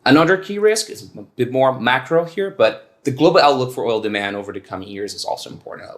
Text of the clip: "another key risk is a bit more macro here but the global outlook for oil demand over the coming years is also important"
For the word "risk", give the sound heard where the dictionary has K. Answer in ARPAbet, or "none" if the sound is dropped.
K